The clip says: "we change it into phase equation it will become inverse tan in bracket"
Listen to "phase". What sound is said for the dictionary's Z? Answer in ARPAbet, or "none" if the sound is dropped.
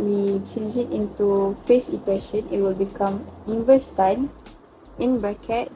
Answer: S